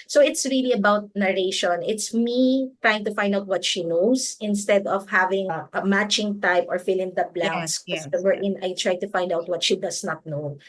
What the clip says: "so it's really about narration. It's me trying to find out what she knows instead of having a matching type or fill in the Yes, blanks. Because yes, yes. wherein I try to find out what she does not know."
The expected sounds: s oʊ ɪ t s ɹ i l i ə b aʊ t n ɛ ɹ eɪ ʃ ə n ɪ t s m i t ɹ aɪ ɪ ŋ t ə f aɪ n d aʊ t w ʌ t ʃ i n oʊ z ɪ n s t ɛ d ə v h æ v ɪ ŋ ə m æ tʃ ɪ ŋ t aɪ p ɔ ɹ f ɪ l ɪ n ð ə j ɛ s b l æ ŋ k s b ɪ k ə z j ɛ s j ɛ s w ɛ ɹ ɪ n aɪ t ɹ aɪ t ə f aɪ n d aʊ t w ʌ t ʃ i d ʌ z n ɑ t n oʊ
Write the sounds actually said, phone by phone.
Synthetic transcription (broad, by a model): s oʊ ɪ t s ɹ i l i ə b aʊ t n ɛ ɹ eɪ ʃ ə n ɪ t s m i t ɹ aɪ ɪ ŋ t ə f aɪ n d aʊ t w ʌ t ʃ i n oʊ s ɪ n s t ɛ d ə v h æ v ɪ ŋ ə m æ tʃ ɪ ŋ t aɪ p ɔ ɹ f ɪ l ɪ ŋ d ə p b l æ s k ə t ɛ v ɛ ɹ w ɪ n aɪ t ɹ aɪ t ə f aɪ n d aʊ t w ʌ t ʃ i d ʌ s n ɑ t n oʊ